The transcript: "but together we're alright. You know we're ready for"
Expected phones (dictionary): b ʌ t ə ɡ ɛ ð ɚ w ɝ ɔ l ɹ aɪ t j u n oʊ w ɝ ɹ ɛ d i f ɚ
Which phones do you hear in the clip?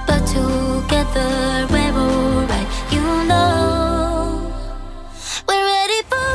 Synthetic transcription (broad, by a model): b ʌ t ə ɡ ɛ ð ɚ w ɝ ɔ ɹ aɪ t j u n oʊ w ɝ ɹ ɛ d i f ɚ